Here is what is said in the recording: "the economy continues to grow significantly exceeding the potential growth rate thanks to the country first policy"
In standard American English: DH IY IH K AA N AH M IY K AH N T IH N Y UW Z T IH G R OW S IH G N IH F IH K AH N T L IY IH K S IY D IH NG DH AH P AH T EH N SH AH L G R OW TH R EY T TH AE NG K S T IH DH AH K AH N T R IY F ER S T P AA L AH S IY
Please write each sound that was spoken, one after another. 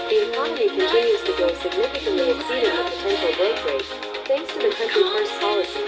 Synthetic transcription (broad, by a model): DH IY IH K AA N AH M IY K AH N T IH N Y UW Z T IH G OW S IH G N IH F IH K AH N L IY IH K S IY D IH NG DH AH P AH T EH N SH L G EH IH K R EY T TH AE NG K S T IH DH AH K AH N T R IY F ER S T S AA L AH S